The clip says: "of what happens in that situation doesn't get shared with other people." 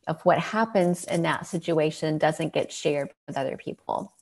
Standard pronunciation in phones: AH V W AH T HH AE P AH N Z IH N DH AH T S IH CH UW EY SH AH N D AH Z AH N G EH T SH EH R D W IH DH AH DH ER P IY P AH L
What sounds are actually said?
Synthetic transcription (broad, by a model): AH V W AH T HH AE P AH N Z IH N DH AH T S IH CH UW EY SH AH N D AH Z AH N G EH T SH EH R D W IH DH AH DH ER P IY P L